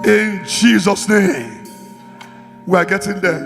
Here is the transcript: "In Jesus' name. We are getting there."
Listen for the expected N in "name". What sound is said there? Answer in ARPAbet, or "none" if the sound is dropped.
N